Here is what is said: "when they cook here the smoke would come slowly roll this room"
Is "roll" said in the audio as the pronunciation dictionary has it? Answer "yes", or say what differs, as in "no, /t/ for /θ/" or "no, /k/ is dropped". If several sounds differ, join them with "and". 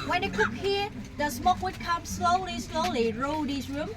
no, /l/ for /ɹ/